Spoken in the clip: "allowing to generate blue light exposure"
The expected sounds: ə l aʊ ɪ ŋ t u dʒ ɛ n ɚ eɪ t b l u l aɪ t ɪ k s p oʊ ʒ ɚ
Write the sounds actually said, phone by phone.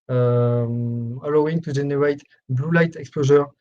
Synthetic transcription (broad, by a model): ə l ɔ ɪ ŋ t u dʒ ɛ n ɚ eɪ t b l u l aɪ t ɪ k s p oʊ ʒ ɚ